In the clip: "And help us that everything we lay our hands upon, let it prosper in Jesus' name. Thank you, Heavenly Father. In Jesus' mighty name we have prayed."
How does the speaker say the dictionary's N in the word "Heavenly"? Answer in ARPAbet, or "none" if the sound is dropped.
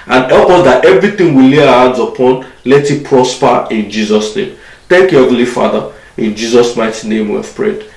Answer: none